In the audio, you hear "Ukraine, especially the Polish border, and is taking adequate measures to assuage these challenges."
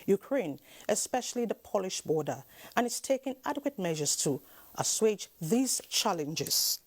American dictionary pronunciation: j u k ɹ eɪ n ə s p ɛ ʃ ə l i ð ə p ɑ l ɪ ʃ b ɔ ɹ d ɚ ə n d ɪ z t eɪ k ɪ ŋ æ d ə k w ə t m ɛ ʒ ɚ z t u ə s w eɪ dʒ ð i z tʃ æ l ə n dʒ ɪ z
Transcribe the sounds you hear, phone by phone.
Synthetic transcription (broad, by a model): j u k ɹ eɪ n ə s p ɛ ʃ ə l i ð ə p ɑ l ɪ ʃ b ɔ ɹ d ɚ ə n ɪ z t eɪ k ɪ ŋ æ d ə k w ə t m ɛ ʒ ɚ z t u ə s w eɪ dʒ ð i z tʃ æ l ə n dʒ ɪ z